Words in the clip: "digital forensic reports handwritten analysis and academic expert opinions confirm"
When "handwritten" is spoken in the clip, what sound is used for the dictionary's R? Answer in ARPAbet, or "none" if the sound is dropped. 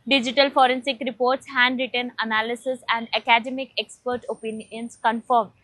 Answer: R